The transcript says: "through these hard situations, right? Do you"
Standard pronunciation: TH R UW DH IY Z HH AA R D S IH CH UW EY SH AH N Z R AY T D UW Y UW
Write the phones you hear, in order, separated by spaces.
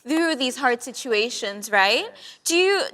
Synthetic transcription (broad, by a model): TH R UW DH IY Z HH AA R D S IH CH UW EY SH AH N Z R AY T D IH Y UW